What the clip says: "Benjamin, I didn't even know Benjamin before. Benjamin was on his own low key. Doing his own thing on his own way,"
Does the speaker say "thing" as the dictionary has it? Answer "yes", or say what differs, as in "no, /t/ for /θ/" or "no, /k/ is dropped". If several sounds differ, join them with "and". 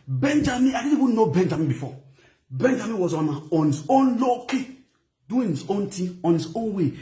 no, /t/ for /θ/